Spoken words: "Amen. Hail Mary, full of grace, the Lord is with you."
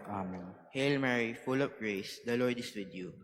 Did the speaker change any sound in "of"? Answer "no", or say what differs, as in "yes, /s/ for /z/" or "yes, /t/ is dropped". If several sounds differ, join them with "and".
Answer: yes, /p/ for /v/